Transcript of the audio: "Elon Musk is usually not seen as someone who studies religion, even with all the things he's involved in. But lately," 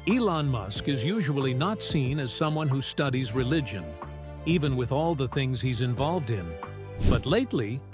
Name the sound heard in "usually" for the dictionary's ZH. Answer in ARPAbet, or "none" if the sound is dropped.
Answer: ZH